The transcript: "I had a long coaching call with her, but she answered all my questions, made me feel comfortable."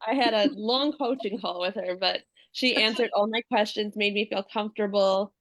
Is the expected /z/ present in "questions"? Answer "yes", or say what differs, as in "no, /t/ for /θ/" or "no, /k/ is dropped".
yes